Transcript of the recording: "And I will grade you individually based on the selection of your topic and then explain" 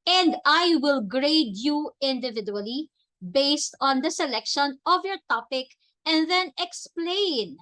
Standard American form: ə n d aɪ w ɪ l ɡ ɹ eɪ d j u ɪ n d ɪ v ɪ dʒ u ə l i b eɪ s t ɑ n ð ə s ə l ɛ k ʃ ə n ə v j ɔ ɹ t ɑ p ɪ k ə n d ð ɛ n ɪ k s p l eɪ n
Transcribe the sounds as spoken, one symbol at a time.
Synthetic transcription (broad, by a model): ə n d aɪ w ɪ l ɡ ɹ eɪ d j u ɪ n d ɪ v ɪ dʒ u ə l i b eɪ s t ɑ n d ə s ə l ɛ k ʃ ə n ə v j ɔ ɹ t ɑ p ɪ k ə n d ð ɛ n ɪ k s p l eɪ n